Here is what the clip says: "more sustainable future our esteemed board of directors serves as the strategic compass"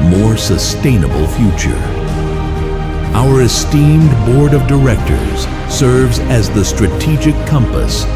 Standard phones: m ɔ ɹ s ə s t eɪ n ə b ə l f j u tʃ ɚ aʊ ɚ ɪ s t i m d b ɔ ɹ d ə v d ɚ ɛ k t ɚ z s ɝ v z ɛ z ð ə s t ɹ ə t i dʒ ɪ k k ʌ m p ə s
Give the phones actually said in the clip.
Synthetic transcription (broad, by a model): m ɔ ɹ s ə s t eɪ n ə b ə l f j u tʃ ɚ aʊ ɚ ɪ s t i m d b ɔ ɹ d ə v d ɚ ɛ k t ɚ z s ɝ v z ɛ z ð ə s t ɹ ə t i dʒ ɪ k k ʌ m p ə s